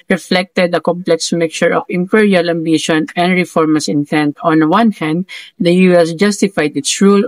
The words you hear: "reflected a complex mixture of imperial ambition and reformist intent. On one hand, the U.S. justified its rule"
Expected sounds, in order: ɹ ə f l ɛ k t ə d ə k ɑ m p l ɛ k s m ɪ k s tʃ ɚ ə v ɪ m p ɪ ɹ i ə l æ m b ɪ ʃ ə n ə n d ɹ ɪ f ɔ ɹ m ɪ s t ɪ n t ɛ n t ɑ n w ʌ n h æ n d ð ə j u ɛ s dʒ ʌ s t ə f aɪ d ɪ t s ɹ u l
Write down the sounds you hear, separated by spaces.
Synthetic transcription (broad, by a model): ɹ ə f l ɛ k t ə d ə k ɑ m p l ɛ k s m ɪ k tʃ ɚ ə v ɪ m p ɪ ɹ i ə l æ m b ɪ ʃ ə n ə n d ɹ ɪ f ɔ ɹ m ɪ s ɪ n t ɛ n t ɑ n w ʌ n h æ n d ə j u ɛ s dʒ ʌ s t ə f aɪ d ɪ t s ɹ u l